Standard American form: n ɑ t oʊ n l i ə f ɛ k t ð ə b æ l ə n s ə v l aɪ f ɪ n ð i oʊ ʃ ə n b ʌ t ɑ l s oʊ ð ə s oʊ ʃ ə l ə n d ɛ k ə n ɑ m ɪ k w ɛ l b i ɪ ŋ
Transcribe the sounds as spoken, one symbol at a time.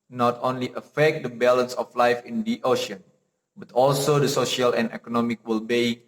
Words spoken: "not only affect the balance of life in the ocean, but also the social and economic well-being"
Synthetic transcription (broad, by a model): n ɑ t oʊ n l i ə f ɛ k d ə b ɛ l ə n s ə f l aɪ f ɪ n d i oʊ ʃ ə n b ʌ t ɑ l s oʊ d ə s oʊ ʃ ə l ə n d ɛ k ə n ɑ m ɪ k w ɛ l b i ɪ